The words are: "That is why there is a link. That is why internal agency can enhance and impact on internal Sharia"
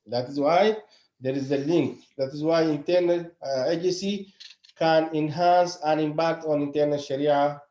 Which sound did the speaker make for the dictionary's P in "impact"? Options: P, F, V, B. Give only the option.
B